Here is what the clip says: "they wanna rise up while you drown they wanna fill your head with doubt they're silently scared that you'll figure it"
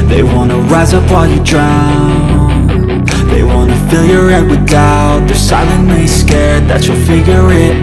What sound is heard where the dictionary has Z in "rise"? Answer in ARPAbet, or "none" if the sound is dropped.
Z